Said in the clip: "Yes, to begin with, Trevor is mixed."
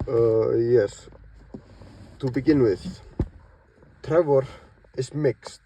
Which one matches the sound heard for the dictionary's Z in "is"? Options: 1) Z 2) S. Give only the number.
2